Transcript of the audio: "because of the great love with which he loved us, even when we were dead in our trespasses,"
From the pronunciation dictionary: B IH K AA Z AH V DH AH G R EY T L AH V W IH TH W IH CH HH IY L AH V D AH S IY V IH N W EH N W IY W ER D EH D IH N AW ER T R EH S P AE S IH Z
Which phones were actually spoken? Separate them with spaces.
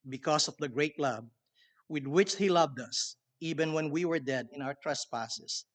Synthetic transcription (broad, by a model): B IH K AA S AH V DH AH G R EY T L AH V W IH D W IH CH HH IY L AH V D AH S IY V IH N W EH N W IY W ER D EH D IH N AW ER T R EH S P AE S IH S